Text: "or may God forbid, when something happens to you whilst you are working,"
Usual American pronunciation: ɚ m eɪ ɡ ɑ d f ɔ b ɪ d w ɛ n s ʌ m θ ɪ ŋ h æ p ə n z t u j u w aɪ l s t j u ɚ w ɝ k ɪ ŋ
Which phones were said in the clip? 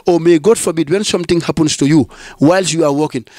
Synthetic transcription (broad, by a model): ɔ m eɪ ɡ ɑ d f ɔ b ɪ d w ɛ n s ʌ m t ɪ ŋ h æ p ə n s t u j u w aɪ l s j u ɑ w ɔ k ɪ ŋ